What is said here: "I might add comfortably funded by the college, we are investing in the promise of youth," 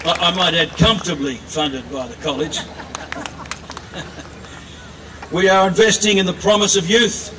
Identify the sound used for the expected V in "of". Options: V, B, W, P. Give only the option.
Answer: V